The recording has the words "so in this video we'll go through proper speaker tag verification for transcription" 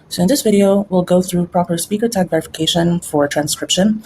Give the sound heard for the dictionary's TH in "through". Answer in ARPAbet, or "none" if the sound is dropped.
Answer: TH